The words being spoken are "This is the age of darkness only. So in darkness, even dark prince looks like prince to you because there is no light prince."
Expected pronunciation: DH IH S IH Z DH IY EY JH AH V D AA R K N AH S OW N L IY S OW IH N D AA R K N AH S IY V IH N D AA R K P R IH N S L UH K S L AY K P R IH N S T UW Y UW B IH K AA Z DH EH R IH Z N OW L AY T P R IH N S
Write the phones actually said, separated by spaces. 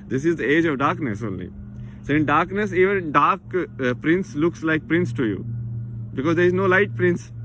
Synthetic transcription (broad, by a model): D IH S IH Z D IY EY JH AH V D AA R K N AH S OW N L IY S OW IH N D AA R K N AH S IY V IH N D AA R K P R IH N S L UH K S L AY K P R IH N S T UW Y UW B IH K AA Z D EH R IH Z N OW L AY T P R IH N S